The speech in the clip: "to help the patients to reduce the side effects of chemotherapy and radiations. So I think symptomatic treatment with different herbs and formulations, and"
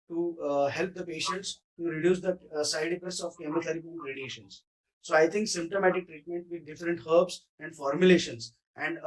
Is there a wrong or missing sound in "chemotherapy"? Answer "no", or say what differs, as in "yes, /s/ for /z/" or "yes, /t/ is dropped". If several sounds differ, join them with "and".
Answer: yes, /t/ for /θ/